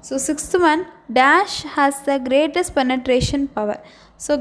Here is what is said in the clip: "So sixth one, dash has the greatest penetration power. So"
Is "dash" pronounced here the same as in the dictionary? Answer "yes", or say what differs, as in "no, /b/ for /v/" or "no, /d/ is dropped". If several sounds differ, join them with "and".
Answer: yes